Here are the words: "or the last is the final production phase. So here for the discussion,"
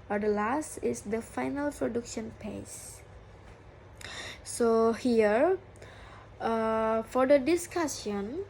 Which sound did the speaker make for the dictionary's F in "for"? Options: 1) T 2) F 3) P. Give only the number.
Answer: 2